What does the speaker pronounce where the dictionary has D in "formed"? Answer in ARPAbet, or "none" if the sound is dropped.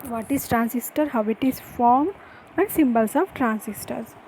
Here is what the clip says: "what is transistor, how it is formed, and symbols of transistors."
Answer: none